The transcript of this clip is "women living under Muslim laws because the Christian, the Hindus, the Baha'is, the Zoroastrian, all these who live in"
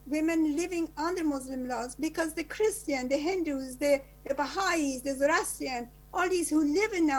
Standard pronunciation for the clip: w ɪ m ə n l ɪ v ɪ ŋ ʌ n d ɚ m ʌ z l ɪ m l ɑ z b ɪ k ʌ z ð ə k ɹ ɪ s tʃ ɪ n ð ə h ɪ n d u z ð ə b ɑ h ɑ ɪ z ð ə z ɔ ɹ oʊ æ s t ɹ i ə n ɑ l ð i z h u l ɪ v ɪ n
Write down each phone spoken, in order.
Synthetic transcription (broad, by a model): w ɪ m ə n l ɪ v ɪ ŋ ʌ n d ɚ m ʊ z l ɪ m l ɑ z b ɪ k ʌ z ð ə k ɹ ɪ s tʃ ɪ n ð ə h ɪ n d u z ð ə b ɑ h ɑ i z ð ə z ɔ ɹ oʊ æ s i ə n ɑ l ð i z h u l ɪ v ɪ n